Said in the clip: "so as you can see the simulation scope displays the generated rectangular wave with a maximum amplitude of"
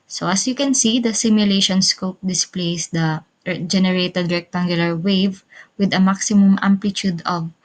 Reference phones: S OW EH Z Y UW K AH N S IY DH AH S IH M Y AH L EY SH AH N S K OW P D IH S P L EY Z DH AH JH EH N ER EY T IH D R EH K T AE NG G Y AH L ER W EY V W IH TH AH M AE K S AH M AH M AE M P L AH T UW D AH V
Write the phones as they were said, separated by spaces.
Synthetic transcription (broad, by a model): S OW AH S Y UW K AH N S IY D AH S IH M Y AH L EY SH AH N S K OW P D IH S P L EY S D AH JH EH N ER EY T IH D R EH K T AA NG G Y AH L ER W EY V W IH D AH M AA K S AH M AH M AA M P L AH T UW D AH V